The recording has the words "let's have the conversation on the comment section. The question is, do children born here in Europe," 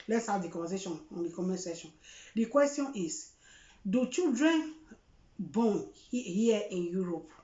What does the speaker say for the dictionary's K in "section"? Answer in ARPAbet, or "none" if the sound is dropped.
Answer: none